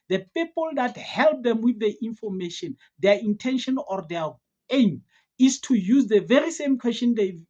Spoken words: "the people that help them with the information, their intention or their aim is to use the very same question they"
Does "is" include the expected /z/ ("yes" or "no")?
no